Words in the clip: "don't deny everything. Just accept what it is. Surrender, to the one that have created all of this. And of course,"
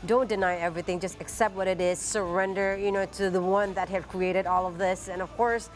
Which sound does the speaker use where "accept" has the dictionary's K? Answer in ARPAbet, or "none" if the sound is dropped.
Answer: K